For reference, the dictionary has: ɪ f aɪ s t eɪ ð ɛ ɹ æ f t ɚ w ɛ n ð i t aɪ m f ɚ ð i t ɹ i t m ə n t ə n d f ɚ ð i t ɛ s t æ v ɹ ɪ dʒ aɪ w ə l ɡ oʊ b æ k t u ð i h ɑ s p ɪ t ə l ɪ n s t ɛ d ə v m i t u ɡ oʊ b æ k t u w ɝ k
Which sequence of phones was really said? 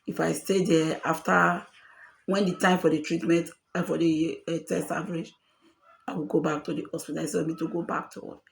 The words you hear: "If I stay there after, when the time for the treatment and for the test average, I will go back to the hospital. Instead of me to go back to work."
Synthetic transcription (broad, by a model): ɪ f aɪ s t eɪ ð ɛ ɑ f t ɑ w ɛ n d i t aɪ m f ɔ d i t ɹ i t m ə n t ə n f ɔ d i t ɛ s t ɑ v ɹ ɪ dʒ aɪ w ə l ɡ oʊ b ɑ k t u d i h ɑ s p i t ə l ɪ s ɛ ə m i t u ɡ oʊ b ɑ k t u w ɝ